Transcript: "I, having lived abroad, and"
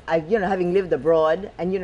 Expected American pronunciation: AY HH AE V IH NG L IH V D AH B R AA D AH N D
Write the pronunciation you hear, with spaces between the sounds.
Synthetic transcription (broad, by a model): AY HH AE V IH NG L IH V D AH B R AA D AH N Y